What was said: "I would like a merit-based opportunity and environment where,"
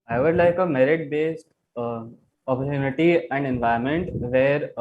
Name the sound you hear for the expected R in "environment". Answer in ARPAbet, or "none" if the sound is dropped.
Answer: none